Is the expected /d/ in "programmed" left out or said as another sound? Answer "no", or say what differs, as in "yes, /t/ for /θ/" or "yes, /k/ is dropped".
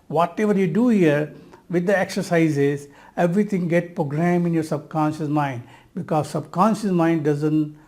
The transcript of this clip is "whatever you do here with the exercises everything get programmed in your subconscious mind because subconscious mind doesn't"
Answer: yes, /d/ is dropped